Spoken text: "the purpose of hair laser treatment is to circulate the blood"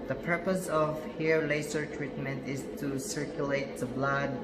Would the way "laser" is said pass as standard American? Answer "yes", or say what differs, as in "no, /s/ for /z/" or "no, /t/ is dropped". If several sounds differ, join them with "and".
no, /s/ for /z/